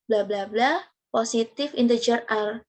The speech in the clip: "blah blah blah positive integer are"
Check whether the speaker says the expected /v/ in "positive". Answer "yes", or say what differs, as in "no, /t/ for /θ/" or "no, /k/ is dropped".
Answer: no, /f/ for /v/